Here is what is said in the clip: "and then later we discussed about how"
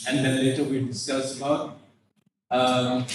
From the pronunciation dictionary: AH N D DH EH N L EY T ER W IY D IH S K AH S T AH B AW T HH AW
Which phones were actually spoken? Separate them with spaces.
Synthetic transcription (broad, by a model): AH N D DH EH N L EY T ER W IY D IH S K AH S AH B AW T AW